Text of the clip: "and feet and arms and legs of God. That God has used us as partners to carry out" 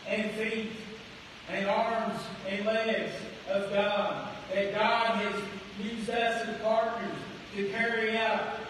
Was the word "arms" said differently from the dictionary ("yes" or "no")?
no